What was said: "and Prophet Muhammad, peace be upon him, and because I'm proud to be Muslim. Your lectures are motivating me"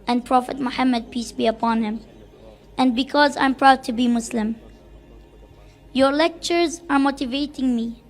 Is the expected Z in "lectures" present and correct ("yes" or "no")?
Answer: yes